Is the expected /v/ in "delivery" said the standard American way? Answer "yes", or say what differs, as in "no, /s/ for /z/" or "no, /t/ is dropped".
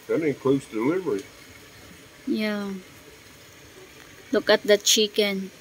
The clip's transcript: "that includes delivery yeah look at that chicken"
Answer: yes